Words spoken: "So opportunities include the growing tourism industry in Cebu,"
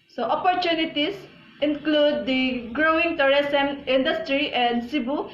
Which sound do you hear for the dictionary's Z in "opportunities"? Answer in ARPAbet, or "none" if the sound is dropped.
S